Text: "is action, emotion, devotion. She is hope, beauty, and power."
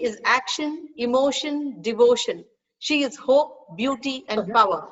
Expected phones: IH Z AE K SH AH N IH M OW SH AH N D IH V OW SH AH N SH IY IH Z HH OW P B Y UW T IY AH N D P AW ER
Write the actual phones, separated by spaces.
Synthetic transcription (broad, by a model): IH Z AE K SH AH N IH M OW SH AH N D IH V OW SH AH N SH IY IH Z HH OW P B Y UW T IY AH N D P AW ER